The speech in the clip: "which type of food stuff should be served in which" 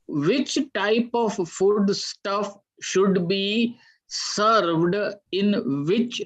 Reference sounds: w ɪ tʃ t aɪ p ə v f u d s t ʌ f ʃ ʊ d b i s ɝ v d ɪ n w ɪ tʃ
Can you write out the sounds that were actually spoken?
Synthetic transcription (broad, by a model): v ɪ tʃ t aɪ p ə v f u d s t ʌ f ʃ ʊ d b i s ɝ v d ɪ n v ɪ tʃ